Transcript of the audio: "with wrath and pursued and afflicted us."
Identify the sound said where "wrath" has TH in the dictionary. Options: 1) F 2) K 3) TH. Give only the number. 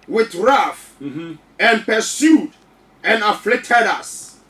1